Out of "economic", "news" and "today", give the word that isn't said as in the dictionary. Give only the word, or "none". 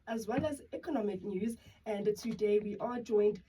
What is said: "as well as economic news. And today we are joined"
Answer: none